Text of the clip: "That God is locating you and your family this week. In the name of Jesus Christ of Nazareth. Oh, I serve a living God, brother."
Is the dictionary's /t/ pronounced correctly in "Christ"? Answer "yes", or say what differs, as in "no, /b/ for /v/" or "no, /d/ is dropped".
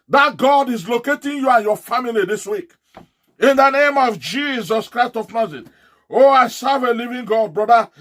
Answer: yes